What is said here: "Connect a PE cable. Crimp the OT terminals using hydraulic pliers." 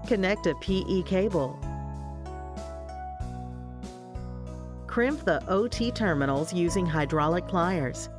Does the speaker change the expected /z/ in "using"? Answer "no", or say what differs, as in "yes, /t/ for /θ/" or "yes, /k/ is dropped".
no